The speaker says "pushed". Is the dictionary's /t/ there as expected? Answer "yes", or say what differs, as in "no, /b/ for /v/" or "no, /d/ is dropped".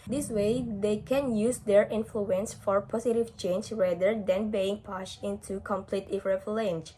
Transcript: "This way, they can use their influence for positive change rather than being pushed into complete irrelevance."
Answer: no, /t/ is dropped